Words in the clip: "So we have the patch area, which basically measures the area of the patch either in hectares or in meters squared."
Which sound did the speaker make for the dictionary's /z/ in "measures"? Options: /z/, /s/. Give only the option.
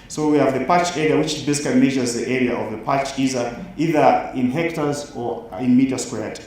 /z/